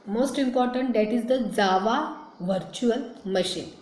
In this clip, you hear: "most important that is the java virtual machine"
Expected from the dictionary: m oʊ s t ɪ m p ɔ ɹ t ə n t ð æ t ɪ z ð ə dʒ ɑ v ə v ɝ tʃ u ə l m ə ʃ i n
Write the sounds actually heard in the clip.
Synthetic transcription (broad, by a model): m oʊ s t ɪ m p ɔ ɹ t ə n t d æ t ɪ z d ə z ɑ v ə v ɝ tʃ u ə l m ə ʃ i n